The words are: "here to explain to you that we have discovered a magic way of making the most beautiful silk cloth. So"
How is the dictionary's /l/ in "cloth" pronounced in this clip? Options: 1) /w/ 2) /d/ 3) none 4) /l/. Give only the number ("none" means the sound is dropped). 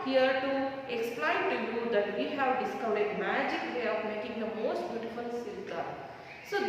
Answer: 3